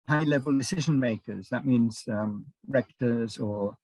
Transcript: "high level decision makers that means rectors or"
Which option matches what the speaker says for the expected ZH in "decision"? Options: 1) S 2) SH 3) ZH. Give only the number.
3